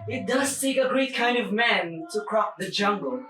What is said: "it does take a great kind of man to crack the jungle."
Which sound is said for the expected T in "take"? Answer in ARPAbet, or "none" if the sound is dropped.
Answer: S